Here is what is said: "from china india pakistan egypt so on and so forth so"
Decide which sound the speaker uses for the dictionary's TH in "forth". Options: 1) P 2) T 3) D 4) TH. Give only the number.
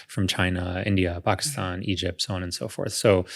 4